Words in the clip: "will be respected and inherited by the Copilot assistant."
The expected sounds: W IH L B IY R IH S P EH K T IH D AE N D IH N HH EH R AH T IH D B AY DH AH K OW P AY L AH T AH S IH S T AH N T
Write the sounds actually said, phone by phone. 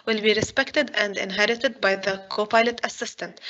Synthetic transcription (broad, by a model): W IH L B IY R IH S P EH K T IH D AE N D IH N HH EH R AH T IH D B AY DH AH K OW P AY L AH T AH S IH S T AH N T